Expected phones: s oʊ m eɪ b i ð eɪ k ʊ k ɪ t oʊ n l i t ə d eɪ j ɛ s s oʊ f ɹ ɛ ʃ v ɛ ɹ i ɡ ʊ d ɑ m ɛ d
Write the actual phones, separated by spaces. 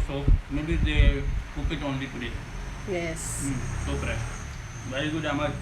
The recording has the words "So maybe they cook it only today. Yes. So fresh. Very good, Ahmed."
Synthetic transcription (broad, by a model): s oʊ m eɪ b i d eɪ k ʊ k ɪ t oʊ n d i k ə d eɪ j ɛ s s oʊ p ɹ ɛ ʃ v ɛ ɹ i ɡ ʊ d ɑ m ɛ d